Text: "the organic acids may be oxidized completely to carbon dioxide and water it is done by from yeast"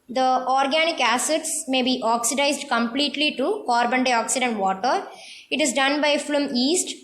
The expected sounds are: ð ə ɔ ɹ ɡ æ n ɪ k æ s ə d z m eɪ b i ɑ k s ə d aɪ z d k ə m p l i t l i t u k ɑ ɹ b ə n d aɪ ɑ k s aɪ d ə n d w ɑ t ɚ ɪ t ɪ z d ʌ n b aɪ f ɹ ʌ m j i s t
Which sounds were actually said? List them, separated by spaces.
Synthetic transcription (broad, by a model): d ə ɔ ɹ ɡ æ n ɪ k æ s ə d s m eɪ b i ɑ k s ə d aɪ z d k ə m p l i t l i t u k ɑ ɹ b ə n d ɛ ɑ k s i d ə n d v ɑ t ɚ ɪ t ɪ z d ʌ n b aɪ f l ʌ m i s t